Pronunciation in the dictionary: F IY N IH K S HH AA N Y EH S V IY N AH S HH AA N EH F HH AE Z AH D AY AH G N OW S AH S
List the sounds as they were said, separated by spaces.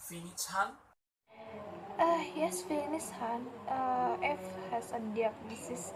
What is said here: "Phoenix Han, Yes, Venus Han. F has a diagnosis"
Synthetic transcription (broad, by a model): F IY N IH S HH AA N Y EH S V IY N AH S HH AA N EH F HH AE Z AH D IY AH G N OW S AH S